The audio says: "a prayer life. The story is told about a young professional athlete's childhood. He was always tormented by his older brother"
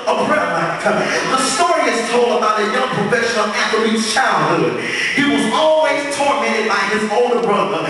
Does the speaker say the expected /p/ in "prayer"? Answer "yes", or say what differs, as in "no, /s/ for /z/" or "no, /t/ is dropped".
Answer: no, /b/ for /p/